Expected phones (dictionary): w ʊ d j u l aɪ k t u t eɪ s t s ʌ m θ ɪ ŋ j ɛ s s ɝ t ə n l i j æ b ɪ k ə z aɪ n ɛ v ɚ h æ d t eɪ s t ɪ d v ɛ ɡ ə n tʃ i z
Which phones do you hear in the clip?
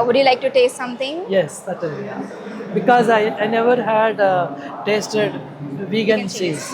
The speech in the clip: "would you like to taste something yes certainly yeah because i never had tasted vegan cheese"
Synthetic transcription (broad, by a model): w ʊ d j u l aɪ k t u t eɪ s t s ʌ m t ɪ ŋ j ɛ s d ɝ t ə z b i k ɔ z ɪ ə aɪ n ɛ v ɚ h æ d t eɪ s t ɪ d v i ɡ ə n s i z